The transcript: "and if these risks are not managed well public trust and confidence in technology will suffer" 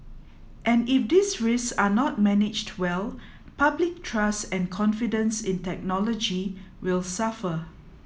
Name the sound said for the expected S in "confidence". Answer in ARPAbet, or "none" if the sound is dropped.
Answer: S